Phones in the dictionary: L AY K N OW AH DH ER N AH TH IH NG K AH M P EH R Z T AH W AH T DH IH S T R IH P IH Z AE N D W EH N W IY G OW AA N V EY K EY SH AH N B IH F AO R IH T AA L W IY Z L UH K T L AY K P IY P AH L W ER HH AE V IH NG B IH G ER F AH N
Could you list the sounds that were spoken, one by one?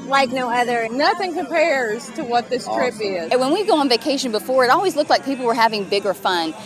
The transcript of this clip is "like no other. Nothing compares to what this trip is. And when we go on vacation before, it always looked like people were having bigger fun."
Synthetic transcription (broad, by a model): L AY K N OW AH DH ER N AH TH IH NG K AH M P EH R Z T AH W AH T DH IH S T R IH P IH Z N W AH N W IY G OW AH N V EY K EY SH AH N B IH F AO R IH T AA L W IY Z L UH K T L AY K P IY P L W ER HH AE V IH NG B IH G ER F AH N